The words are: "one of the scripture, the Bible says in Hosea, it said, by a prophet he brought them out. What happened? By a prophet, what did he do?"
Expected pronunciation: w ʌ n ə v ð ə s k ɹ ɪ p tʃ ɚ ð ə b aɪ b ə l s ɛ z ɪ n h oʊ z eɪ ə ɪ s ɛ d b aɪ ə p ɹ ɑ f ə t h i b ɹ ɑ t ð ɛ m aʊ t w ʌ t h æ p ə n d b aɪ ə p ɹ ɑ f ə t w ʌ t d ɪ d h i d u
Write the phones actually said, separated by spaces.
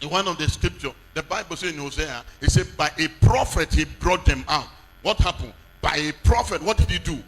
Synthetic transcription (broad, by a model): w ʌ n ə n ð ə s k ɹ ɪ p tʃ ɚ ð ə b aɪ b ə l s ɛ ɪ n h oʊ z eɪ ə ɪ s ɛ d b aɪ ə p ɹ ɑ f ə t h i b ɹ ɑ t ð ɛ m aʊ t w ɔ t h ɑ p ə n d b aɪ ə p ɹ ɑ f ə t w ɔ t d ɪ d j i d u